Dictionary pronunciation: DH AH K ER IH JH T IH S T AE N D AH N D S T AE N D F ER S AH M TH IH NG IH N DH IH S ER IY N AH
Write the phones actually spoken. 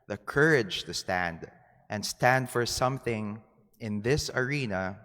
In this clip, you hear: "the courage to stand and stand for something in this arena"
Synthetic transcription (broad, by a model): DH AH K ER IH JH T IH S T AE N D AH N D S T AE N D F ER S AH M TH IH NG IH N DH IH S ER IY N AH